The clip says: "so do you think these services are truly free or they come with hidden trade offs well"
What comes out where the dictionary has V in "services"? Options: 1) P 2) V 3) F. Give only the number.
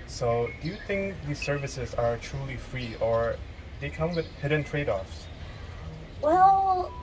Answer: 2